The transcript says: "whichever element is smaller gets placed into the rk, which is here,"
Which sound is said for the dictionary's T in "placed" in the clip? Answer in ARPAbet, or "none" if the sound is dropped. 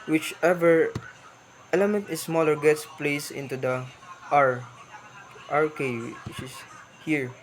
none